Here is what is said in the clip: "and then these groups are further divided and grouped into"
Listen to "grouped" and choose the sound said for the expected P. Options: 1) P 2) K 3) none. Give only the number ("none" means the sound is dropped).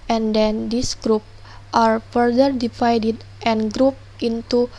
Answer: 1